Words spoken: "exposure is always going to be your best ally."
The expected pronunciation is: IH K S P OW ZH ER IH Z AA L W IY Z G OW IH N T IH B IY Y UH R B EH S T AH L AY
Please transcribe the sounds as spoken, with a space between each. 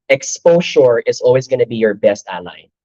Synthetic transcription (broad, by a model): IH K S P OW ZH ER IH Z AA L W IY Z G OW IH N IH B IY Y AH R B EH S T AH L AY